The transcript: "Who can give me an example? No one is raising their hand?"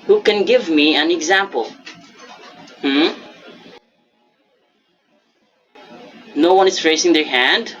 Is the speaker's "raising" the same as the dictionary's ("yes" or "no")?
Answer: no